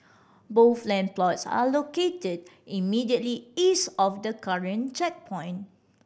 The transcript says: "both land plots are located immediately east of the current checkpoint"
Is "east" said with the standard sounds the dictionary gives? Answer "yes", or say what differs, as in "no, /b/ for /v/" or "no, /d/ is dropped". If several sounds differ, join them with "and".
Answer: no, /t/ is dropped